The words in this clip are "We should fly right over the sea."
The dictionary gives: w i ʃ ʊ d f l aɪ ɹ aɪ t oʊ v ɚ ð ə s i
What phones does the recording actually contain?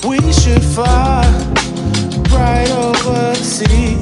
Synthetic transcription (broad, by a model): w i ʃ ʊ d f aɪ ɹ aɪ t oʊ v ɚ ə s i